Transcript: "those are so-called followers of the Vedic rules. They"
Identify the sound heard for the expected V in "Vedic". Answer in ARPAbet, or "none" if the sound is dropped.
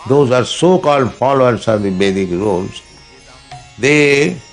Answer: B